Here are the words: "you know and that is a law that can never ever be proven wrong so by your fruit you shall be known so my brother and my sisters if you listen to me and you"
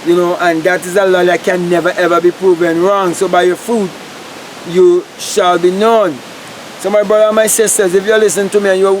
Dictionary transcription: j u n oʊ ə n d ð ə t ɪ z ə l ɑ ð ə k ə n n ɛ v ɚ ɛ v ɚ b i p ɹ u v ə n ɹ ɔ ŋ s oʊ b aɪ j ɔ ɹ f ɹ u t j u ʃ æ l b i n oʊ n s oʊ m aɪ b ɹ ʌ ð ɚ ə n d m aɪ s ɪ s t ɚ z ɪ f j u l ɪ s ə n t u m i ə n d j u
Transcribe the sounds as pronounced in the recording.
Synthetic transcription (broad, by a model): j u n oʊ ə n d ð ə t ɪ z ə l ɑ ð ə k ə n n ɛ v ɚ ɛ v ɚ b i p ɹ u v ə n ɹ ɔ ŋ s oʊ b aɪ j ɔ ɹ f u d j u ʃ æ l b i n oʊ n s oʊ m aɪ b ɹ ʌ ð ɚ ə n m aɪ s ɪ s t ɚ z ɪ f j u l ɪ s ə n t u m i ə n j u